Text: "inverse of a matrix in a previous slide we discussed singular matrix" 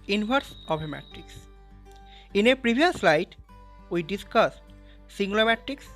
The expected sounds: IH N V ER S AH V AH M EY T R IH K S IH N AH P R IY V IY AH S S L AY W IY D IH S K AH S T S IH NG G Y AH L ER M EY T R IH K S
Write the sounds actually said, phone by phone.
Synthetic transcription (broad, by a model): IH N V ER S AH B AH M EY T R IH K S IH N AH P R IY B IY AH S S L AY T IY D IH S K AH S T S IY NG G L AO M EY T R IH K S